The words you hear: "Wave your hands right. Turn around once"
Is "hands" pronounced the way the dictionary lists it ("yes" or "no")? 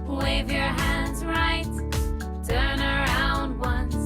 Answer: yes